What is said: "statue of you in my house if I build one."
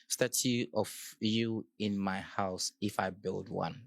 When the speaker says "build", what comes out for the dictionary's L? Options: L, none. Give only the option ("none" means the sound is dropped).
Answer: L